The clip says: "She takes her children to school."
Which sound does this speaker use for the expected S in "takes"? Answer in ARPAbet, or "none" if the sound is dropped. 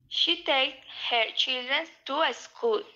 none